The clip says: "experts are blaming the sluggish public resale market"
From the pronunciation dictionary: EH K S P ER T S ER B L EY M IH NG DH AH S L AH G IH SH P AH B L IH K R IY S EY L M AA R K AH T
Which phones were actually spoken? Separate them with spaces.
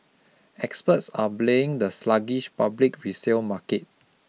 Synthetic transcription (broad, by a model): EH K S P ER T S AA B L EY IH NG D AH S L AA G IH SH P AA B L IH K R IY S EY L M AA K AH T